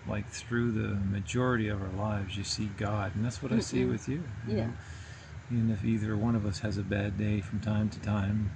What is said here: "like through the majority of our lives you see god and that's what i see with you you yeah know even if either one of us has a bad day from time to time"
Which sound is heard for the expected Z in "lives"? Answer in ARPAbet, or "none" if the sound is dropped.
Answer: Z